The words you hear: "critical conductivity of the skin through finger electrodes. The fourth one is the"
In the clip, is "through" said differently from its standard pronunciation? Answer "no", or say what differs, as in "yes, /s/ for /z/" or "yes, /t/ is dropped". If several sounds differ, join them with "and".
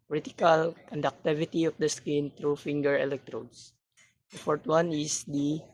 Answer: yes, /t/ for /θ/